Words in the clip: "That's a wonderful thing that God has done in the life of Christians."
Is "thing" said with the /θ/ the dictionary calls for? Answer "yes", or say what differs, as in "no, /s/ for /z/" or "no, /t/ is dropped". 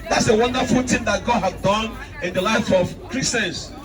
no, /t/ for /θ/